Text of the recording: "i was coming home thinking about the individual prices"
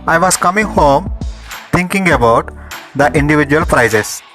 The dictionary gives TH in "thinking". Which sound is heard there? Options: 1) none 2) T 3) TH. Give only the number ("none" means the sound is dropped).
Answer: 2